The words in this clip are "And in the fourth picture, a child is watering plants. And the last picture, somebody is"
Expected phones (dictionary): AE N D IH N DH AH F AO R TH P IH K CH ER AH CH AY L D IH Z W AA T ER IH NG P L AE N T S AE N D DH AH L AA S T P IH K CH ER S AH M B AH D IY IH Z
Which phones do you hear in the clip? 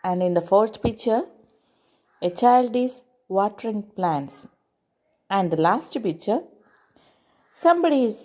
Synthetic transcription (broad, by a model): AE N D IH N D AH F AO R T P IH K CH ER AH CH AY L D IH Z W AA T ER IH NG P L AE N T S AE N D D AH L AA S T P IH K CH ER S AH M B AH D IY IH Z